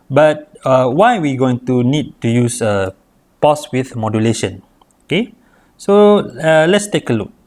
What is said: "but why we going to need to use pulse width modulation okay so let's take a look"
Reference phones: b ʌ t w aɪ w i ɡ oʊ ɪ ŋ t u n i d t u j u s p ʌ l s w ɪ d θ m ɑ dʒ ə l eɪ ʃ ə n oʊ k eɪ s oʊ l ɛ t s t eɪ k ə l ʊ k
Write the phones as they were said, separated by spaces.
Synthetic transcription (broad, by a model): b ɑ t w aɪ w i ɡ oʊ ɪ ŋ t u n i d t u j u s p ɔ s w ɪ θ m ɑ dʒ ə l eɪ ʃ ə n oʊ k eɪ s oʊ l ɛ t s t eɪ k ə l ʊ k